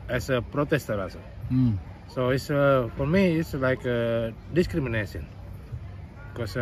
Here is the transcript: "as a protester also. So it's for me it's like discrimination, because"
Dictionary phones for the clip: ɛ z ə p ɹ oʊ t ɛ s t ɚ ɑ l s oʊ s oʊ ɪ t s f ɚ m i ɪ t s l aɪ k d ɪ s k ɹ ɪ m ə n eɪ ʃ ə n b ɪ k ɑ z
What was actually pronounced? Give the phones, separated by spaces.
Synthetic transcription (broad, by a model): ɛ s ə p ɹ oʊ t ɛ s t ɚ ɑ s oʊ s oʊ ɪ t s f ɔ m i ɪ t s l aɪ k d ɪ s k ɹ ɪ m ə n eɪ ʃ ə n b k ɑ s